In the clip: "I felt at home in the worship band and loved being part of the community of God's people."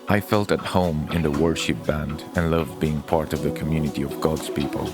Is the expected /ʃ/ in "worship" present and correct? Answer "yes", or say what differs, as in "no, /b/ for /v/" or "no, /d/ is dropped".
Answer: yes